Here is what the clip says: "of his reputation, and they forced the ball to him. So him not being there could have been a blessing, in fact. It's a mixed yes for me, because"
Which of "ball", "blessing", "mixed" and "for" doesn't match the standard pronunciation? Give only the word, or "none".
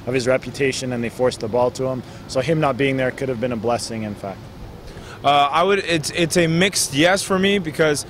none